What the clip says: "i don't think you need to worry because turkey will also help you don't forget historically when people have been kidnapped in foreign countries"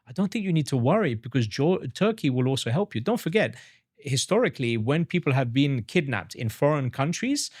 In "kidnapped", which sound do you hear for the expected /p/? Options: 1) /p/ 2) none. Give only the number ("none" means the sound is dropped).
1